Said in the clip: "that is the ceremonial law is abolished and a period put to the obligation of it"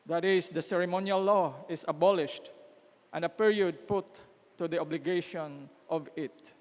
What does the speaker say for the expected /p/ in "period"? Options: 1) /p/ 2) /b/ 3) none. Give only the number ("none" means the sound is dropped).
1